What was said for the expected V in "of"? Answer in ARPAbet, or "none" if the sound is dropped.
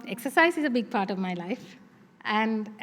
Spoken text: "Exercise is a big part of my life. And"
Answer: V